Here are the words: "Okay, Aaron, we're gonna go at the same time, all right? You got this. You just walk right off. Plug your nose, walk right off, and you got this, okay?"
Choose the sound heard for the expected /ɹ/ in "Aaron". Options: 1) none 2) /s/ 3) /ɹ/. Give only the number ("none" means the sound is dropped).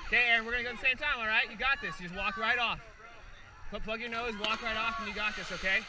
1